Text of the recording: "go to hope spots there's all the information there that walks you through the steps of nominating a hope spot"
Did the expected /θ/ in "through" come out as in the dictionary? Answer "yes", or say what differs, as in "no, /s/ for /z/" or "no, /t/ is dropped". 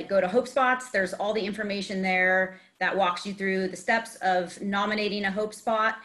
yes